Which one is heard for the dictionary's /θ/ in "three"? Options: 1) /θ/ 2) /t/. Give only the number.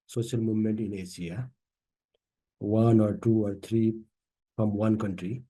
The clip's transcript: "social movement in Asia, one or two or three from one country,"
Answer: 2